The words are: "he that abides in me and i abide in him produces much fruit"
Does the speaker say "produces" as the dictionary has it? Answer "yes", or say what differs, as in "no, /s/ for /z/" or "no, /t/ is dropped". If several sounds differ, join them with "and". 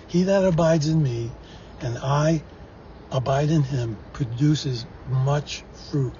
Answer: yes